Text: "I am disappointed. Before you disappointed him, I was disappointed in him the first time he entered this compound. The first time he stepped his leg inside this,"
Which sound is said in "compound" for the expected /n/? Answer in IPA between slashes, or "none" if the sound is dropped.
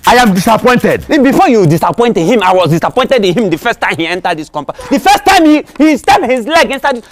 none